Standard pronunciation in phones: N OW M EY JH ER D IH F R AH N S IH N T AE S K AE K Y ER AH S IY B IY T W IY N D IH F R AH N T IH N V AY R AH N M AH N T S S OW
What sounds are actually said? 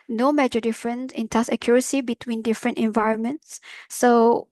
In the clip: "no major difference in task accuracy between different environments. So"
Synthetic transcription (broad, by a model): N OW M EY JH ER D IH F R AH N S IH N T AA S AH K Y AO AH S IY B IY T W IY N D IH F R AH N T IH N V AY R AH N M AH N T S S OW